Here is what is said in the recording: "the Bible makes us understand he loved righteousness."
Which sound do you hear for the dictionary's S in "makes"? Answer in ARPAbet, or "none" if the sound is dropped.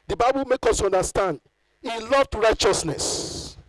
none